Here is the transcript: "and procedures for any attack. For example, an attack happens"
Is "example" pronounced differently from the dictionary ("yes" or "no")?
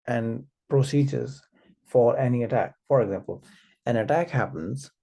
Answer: no